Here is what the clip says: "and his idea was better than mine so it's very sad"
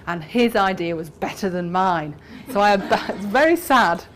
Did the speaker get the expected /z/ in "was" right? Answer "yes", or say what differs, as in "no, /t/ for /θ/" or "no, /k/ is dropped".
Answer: yes